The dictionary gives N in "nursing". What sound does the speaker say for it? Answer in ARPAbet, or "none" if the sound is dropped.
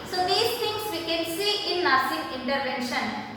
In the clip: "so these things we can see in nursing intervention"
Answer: L